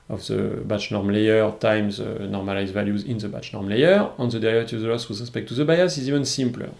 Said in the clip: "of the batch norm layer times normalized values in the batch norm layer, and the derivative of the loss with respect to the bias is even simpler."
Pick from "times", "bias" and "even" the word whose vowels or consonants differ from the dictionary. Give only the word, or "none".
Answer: none